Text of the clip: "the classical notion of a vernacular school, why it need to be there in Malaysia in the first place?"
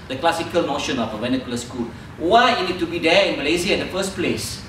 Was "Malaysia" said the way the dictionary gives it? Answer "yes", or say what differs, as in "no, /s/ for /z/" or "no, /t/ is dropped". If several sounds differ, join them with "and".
no, /z/ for /ʒ/